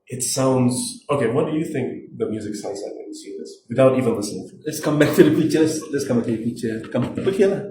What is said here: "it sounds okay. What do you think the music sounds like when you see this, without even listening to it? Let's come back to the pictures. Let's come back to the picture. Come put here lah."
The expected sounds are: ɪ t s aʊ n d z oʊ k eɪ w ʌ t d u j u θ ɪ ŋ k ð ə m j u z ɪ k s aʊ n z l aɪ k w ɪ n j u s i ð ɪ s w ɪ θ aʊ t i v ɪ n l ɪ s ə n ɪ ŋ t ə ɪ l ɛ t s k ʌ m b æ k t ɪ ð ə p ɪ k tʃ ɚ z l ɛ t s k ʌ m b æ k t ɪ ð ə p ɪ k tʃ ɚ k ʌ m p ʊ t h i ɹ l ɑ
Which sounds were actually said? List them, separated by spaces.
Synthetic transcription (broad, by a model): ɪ t s aʊ n d z oʊ k eɪ w ʌ t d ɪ j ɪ θ ɪ ŋ k ð ə m j u z ɪ k s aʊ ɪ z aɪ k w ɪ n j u s i ð ɪ s w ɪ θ aʊ t i v ɪ n l ɪ s ə n ɪ ŋ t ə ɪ l ɛ t s k ʌ m b æ k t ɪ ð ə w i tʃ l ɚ s l ɛ t s k ʌ m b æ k t ɪ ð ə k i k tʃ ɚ k ʌ m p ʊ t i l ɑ